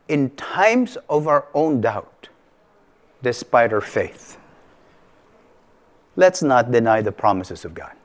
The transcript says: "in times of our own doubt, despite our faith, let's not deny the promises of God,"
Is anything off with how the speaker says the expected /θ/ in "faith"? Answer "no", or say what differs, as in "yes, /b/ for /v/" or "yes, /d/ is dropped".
no